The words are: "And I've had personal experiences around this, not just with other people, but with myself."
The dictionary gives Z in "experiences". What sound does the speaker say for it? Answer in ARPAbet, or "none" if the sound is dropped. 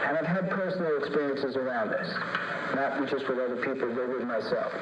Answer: Z